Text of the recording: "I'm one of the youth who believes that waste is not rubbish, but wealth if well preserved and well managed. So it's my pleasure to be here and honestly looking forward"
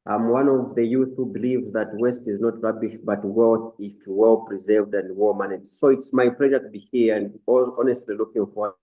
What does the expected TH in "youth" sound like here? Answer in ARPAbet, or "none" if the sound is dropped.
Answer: TH